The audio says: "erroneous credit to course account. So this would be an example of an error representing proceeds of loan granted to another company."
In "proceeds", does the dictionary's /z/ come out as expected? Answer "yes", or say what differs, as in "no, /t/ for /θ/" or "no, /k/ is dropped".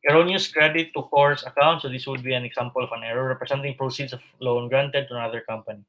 no, /s/ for /z/